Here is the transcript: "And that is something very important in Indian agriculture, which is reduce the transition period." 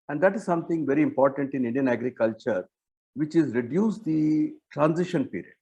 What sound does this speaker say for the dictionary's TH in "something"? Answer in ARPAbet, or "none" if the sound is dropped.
T